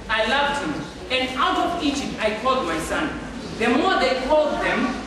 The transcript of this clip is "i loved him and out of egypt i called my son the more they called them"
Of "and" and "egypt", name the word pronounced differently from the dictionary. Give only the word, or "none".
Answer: egypt